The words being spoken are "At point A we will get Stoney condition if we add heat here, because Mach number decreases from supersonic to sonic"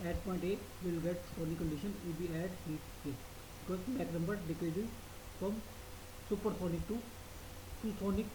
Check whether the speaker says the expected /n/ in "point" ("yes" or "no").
yes